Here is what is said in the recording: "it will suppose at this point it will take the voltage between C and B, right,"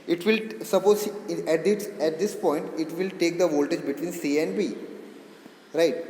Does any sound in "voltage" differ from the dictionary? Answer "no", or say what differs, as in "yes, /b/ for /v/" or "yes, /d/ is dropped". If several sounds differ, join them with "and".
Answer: no